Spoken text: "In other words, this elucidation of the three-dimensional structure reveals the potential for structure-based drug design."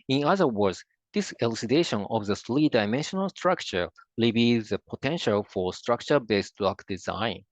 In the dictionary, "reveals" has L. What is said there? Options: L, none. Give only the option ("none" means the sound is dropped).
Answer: none